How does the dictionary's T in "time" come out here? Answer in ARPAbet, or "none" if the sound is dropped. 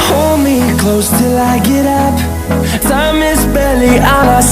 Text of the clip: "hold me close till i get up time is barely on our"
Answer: S